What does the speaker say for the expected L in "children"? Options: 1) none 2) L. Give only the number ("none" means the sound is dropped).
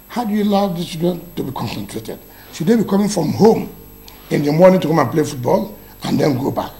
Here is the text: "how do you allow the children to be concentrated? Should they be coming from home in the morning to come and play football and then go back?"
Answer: 1